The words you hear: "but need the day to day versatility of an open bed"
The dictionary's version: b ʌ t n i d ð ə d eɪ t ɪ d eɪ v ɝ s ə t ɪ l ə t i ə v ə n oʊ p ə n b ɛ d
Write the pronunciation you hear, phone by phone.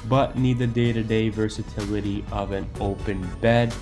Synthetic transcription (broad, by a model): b ʌ t n i d ð ə d eɪ t ɪ d eɪ v ɝ s ə t ɪ l ə t i ə v ə n oʊ p ə n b ɛ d